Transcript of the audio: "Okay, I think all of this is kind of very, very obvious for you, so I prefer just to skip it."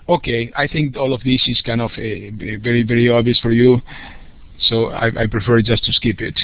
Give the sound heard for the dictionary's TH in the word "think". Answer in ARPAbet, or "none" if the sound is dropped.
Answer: TH